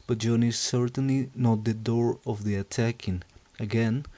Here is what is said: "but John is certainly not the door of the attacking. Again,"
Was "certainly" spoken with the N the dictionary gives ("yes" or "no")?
yes